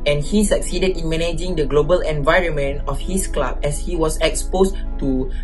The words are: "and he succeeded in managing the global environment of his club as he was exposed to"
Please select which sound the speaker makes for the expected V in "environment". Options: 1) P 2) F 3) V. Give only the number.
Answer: 3